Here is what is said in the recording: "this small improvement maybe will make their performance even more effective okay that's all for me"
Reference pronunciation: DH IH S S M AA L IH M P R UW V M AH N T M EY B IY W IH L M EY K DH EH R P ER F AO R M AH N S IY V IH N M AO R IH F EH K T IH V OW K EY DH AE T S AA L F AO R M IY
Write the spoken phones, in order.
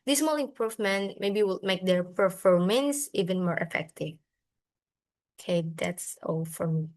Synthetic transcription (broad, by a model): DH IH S S M AA L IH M P R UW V M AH N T M EY B IY W IH L M EY K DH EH R F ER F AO R M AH N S IY V IH N M AO R IH F EH K T IH V OW K EY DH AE T S AA L F AO R M IY